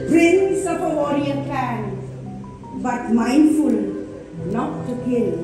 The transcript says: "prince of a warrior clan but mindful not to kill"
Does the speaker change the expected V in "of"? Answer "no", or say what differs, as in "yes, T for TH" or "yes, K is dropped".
yes, P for V